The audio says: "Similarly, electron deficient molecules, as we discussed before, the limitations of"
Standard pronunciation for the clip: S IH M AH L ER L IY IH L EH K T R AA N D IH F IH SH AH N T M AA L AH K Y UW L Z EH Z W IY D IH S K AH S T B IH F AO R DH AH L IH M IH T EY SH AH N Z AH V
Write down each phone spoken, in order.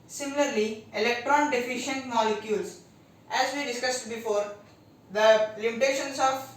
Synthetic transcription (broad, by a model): S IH M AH L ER L IY IH L EH K T R AA N D IH F IH SH AH N T M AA L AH K Y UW L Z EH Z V IY D IH S K AH S T B IH F AO R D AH L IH M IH T EY SH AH N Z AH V